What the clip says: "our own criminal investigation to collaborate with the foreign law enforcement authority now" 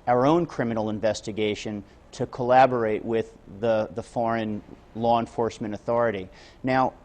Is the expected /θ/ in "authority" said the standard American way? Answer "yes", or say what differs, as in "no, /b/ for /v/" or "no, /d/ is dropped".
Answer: yes